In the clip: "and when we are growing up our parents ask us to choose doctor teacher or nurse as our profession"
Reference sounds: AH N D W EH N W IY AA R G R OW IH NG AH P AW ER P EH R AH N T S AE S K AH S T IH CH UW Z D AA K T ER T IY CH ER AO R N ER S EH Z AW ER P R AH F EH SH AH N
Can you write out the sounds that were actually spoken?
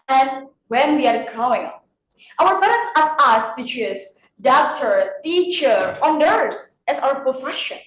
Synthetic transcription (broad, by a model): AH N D W EH N W IY AA R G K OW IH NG AW ER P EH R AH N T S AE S AH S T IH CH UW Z D AA K T ER T IY CH ER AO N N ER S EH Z AW ER P R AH F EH SH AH N